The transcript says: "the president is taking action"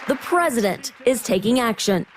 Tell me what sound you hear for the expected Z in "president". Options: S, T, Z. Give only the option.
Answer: Z